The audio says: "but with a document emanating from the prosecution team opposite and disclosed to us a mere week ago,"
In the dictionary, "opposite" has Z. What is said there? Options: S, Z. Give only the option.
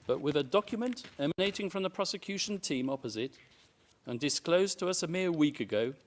Z